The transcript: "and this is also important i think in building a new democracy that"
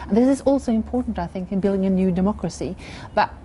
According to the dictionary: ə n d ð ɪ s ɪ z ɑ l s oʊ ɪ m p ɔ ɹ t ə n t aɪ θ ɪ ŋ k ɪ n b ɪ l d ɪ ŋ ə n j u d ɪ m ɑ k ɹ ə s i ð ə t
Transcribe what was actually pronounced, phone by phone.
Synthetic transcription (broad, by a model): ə n ð ɪ s ɪ z ɑ l s oʊ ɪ m p ɔ ɹ t n t aɪ θ ɪ ŋ k ɪ n b ɪ l d ɪ ŋ ə n j u d ɪ m ɑ k ɹ ə s i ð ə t